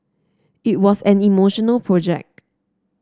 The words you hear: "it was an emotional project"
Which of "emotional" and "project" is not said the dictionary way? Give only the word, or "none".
none